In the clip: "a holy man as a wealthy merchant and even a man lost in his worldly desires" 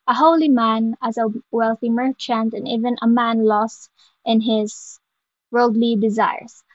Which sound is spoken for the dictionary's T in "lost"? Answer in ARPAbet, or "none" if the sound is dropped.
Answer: T